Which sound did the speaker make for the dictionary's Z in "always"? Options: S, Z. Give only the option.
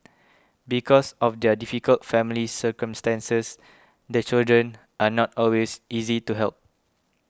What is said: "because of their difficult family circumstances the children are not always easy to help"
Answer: S